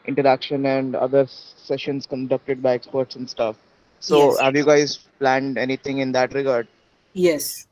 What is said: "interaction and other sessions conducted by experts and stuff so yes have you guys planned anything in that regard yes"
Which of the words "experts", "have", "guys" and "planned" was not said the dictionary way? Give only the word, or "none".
none